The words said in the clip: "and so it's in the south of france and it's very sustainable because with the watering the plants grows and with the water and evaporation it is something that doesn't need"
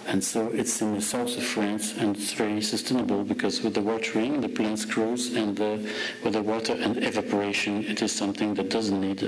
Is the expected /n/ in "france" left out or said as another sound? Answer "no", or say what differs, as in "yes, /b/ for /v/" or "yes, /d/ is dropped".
no